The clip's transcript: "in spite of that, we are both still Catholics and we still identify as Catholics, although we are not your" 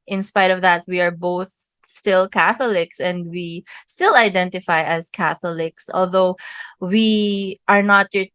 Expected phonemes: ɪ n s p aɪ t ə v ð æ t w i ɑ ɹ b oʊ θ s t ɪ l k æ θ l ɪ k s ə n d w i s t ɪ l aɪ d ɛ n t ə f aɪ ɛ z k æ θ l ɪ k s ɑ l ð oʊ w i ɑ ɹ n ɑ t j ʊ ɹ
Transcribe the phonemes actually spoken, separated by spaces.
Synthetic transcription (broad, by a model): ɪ n s p aɪ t ə v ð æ t w i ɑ ɹ b oʊ θ s t ɪ l k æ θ l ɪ k s ə n d w i s t ɪ l aɪ d ɛ n t ə f aɪ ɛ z k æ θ l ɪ k s ɑ l ð oʊ w i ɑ ɹ n ɑ t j